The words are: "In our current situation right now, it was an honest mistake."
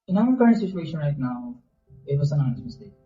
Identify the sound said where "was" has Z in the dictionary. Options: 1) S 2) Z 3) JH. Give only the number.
1